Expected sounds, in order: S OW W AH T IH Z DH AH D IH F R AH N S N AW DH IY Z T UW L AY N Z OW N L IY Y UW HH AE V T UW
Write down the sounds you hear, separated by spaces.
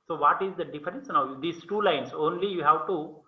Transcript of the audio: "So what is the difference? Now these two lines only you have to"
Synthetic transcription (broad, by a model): S OW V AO T IH Z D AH D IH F R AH N S N AW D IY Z T UW L AY N S OW N L IY Y UW HH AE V T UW